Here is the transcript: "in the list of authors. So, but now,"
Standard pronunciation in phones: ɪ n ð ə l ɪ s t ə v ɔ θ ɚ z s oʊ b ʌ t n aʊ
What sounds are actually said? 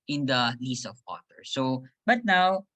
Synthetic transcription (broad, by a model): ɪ n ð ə l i s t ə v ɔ t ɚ s oʊ b ʌ t n aʊ